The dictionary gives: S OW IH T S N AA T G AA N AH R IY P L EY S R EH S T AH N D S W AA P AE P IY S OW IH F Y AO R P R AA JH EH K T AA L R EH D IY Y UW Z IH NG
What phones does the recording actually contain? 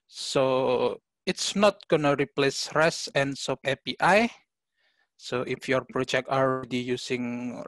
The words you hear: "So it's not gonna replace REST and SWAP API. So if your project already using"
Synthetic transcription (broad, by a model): S OW IH T S N AA T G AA N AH R IY P L EY S R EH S AH N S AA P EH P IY S OW IH F Y AO R P R AA JH EH K T AA L R EH D IY Y UW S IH NG